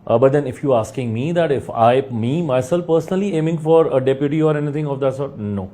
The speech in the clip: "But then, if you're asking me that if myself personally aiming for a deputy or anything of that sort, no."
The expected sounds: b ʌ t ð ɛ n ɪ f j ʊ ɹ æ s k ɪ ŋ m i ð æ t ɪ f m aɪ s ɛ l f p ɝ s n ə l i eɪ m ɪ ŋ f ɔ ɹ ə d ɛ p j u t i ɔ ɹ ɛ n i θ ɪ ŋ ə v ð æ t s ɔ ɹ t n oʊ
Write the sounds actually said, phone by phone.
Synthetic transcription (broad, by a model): b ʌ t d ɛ n ɪ f j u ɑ s k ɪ ŋ m i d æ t ɪ f m aɪ s ɛ l f p ɝ s n ə l i eɪ m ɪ ŋ f ɔ ɹ ə d ɛ p j u t i ɔ ɹ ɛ n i t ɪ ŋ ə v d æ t s ɔ ɹ t n oʊ